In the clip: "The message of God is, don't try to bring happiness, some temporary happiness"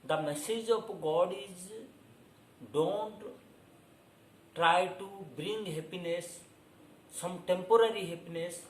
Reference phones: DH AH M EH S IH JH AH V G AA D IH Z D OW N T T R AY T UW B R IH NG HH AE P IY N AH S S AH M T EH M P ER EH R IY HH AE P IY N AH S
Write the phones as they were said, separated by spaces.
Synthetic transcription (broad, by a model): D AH M EH S IH JH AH P G AA D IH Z D OW N T T R AY T UW B R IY NG HH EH P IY N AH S S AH M T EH M P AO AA R IY HH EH P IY N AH S